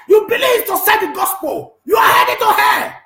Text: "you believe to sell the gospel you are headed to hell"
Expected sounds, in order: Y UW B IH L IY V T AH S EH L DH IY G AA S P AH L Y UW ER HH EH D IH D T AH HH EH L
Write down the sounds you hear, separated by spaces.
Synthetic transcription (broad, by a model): Y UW B IH L IY V T AH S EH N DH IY G AA S P AH L Y UW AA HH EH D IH T AH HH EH